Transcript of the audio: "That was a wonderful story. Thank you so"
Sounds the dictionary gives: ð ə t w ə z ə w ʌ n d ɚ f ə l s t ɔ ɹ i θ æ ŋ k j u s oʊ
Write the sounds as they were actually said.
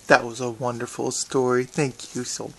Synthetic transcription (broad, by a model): ð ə t w ə z ə w ʌ n d ɚ f l s t ɔ ɹ i θ æ ŋ k j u s oʊ